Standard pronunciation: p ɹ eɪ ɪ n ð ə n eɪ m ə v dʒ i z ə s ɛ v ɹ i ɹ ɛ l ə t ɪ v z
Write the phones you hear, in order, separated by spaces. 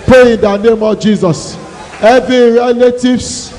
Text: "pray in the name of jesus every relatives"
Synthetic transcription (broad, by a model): p ɹ eɪ ɪ n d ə n eɪ m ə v dʒ i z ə s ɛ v i ɹ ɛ l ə t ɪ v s